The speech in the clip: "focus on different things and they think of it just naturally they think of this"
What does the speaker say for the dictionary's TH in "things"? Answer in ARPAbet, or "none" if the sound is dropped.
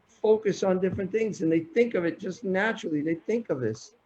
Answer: TH